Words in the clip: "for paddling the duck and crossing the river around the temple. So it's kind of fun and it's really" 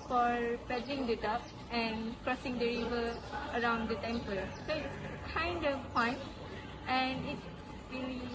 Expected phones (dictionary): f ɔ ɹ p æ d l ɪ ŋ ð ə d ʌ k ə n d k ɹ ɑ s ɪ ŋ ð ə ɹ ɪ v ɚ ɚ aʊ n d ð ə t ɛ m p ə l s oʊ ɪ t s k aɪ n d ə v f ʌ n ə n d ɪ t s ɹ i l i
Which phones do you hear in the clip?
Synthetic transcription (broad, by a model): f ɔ ɹ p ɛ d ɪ ŋ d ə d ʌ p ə n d k ɹ ɑ s ɪ ŋ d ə ɹ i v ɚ ɚ aʊ n d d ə t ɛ m p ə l s oʊ ɪ t s k aɪ n d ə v p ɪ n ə n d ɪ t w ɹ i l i